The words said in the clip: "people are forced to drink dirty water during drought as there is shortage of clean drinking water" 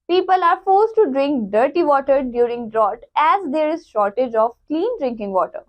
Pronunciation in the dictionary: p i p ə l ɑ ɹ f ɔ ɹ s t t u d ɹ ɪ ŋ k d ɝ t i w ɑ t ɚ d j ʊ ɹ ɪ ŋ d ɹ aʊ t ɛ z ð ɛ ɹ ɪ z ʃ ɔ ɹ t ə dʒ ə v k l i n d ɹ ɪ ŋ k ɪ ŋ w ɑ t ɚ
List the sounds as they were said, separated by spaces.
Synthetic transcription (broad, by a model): p i p ə l ɑ ɹ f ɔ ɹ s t t u d ɹ ɪ ŋ k d ɝ t i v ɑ t ɚ d j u ɹ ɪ ŋ d ɹ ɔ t ɛ z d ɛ ɹ ɪ z ʃ ɔ ɹ t ə dʒ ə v k l i n d ɹ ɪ ŋ k ɪ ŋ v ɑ t ɚ